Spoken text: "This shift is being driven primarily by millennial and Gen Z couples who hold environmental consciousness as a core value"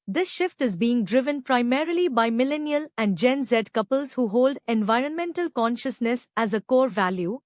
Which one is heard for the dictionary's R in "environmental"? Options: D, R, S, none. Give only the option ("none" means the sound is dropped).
R